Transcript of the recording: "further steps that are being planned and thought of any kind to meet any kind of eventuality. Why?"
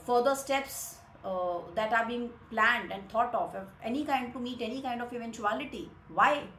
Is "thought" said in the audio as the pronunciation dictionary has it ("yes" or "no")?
no